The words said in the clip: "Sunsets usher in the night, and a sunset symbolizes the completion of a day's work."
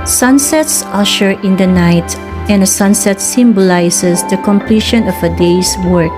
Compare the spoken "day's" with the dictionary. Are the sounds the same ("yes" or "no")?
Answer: no